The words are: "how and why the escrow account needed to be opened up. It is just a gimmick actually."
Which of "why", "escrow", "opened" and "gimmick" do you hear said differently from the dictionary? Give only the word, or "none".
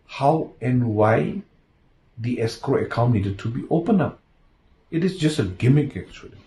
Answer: opened